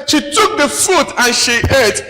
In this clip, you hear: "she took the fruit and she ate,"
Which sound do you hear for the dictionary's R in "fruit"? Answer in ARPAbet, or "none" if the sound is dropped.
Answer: none